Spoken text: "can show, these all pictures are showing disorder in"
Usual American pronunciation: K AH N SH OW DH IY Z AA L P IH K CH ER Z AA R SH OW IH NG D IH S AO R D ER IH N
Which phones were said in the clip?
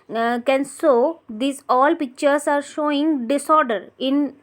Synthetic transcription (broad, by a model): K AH N S OW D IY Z AA L P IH K CH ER S AA R SH OW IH NG D IH S AO R D ER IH N